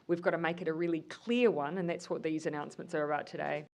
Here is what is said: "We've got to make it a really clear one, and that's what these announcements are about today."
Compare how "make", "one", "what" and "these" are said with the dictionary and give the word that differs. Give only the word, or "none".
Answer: none